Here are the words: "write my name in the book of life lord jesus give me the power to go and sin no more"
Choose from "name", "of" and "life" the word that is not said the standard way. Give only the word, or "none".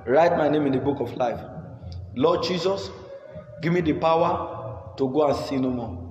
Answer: of